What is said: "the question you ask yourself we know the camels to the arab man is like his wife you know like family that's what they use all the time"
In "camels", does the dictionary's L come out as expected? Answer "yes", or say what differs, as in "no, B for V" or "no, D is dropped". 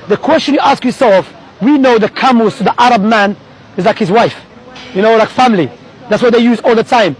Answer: no, L is dropped